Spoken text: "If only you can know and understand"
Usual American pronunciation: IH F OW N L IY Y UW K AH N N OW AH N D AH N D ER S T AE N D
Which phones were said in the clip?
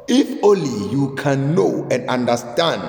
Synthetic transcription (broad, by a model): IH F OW L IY Y UW K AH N N OW AH N D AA N D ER S T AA N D